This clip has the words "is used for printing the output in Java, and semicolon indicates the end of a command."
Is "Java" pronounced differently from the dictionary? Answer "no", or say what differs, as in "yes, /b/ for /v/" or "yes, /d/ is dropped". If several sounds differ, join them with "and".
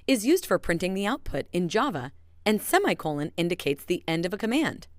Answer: no